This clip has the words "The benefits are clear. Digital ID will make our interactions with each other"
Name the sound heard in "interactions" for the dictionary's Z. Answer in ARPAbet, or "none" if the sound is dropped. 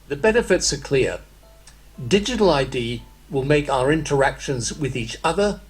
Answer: Z